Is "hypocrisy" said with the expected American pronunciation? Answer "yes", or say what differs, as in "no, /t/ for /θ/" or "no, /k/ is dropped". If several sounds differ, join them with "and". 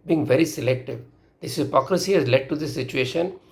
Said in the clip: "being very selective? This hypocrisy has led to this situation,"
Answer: yes